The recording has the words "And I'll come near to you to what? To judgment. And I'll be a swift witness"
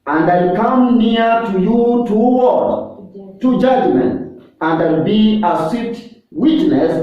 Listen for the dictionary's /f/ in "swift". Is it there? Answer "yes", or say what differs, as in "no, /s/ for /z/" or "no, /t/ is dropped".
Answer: no, /f/ is dropped